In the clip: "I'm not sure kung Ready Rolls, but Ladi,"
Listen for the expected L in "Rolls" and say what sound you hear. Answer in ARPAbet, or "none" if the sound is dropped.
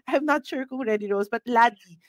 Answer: none